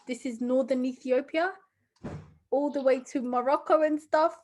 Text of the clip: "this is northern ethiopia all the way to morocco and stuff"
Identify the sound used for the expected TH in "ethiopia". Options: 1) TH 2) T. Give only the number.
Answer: 1